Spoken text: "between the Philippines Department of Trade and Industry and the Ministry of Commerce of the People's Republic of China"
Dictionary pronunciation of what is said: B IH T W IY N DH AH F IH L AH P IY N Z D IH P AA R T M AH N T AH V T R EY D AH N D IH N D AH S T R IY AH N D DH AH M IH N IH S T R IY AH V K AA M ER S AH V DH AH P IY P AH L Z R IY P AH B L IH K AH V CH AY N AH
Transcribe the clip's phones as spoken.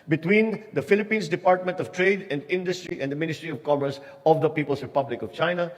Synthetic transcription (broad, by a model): B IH T W IY N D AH F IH L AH P IY N S D IH P AA R T M AH N T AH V T R EY D AH N D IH N D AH S T R IY AH N D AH M IH N IH S T R IY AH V K AA M ER S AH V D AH P IY P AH L S R IY P AH B L IH K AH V CH AY N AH